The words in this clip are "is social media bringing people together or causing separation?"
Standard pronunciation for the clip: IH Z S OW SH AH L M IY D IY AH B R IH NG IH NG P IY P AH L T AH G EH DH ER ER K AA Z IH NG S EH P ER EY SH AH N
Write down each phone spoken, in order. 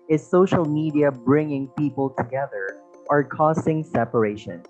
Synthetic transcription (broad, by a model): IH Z S OW SH AH L M IY D IY AH B R IH NG IH NG P IY P AH L T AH G EH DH ER ER K AA S IH NG S EH P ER EY SH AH N